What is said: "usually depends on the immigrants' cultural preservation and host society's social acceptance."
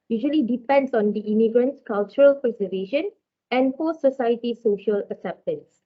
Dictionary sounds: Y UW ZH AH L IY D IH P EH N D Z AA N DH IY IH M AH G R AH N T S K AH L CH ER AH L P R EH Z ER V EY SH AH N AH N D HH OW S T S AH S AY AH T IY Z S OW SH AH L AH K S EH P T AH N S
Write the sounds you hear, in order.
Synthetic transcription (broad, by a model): Y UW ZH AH L IY D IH P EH N D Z AA N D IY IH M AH G R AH N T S K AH L CH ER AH L P R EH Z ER V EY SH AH N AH N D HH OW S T S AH S AY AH T IY S OW SH AH L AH K S EH P T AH N S